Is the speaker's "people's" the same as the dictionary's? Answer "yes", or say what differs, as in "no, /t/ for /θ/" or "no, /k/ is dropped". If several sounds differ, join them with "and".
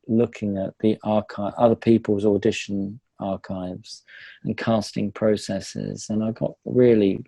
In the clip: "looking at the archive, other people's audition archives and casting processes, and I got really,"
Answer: yes